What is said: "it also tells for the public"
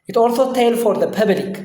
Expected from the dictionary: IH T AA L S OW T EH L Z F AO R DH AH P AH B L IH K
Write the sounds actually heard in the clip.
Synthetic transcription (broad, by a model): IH T AA L S OW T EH L F AO R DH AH P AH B L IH K